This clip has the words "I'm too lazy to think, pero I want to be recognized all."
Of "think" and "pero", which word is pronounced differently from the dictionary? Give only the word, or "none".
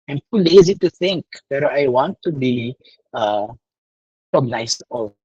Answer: pero